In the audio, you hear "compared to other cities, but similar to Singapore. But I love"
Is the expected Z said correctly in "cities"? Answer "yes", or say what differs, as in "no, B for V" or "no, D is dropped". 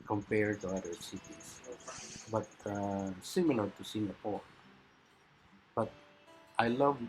no, S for Z